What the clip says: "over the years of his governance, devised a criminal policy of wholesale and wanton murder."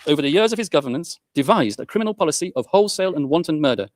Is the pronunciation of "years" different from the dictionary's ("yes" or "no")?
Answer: no